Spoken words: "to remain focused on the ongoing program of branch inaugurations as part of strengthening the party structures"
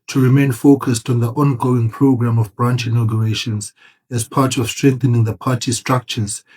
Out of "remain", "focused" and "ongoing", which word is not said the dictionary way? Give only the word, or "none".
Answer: none